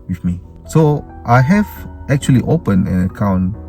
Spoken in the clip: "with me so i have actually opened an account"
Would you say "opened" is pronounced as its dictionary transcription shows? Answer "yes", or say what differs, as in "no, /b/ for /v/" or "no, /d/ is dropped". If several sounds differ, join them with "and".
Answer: no, /d/ is dropped